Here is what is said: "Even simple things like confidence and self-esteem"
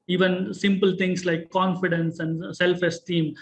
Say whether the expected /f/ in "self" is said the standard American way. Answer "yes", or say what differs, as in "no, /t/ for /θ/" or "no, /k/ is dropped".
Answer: yes